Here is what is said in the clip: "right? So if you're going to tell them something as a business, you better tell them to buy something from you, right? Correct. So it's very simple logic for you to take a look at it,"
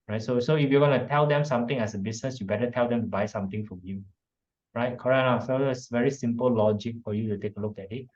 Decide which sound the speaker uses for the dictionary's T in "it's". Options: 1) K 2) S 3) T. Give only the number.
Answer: 2